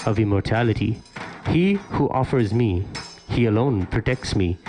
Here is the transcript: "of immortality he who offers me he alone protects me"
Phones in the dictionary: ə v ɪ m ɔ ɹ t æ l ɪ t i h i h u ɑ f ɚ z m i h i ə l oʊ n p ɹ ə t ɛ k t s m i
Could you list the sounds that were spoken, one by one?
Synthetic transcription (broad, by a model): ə v ɪ m ɔ ɹ t æ l ɪ t i h i h u ɑ f ɚ z m i h i ə l oʊ n p ɹ ə t ɛ k t s m i